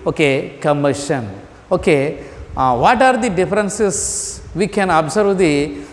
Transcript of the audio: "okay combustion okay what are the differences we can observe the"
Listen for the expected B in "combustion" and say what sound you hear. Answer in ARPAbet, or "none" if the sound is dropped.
none